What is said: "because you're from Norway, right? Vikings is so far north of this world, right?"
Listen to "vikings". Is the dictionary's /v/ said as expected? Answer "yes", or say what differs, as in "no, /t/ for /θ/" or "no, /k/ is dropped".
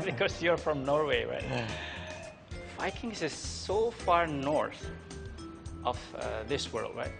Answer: no, /f/ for /v/